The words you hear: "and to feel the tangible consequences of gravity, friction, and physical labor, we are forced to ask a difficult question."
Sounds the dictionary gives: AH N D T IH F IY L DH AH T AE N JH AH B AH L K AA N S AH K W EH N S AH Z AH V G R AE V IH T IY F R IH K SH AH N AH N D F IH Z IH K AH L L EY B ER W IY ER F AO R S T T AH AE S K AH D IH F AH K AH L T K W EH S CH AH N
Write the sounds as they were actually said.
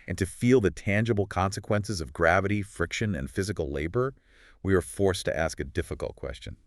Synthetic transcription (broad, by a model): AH N T IH F IY L DH AH T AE N JH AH B L K AA N S AH K W EH N S AH Z AH V G R AE V IH T IY F R IH K SH AH N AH N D F IH Z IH K L L EY B ER W IY ER F AO R S T T AE S K AH D IH F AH K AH L T K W EH S CH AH N